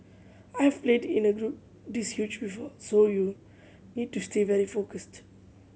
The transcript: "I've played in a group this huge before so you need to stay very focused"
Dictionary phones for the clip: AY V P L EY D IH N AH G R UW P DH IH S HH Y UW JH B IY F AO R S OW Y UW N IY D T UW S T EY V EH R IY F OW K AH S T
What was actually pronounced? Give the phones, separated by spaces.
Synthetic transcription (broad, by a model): AY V P L EY D IH N AH G R UW P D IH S HH Y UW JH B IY F AO S OW Y UW N IY D T UW S T EY V EH R IY F OW K AH S T